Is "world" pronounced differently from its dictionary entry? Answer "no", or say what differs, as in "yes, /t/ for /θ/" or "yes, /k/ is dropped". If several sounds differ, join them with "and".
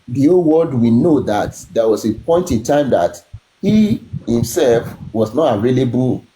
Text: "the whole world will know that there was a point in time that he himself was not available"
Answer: yes, /l/ is dropped